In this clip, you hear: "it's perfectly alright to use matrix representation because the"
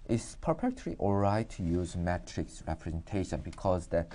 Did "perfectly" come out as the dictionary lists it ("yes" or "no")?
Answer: no